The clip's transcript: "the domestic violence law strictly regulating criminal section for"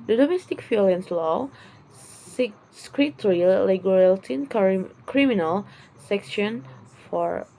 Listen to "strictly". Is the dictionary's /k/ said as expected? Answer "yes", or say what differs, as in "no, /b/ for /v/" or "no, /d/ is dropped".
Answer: no, /k/ is dropped